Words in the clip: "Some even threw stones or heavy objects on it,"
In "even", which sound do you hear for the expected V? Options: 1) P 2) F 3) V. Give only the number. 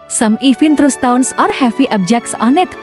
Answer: 2